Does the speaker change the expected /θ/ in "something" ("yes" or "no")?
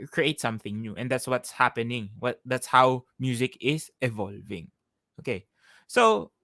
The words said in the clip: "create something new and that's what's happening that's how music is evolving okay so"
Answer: no